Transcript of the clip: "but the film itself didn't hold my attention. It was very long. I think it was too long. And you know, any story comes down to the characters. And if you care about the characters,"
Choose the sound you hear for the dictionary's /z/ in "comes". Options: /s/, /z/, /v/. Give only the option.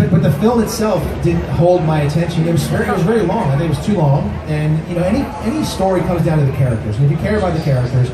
/z/